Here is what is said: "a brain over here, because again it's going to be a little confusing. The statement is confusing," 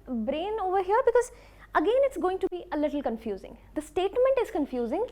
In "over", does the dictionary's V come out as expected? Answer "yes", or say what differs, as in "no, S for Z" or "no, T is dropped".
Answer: yes